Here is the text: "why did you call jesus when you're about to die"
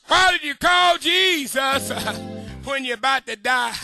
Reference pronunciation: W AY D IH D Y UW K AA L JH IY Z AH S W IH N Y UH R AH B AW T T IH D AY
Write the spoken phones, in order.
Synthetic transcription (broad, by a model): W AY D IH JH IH K AA L JH IY Z AH S W IH N Y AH B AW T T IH D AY